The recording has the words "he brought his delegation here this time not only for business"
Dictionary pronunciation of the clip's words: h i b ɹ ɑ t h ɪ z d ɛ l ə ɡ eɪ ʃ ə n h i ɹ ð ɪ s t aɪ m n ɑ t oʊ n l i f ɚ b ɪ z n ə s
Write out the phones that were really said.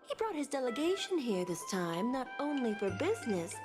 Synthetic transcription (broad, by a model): h i b ɹ ɑ t h ɪ z d ɛ l ə ɡ eɪ ʃ ə n h i ɹ ð ɪ s t aɪ m n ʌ t oʊ n l i f ɚ b ɪ z n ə s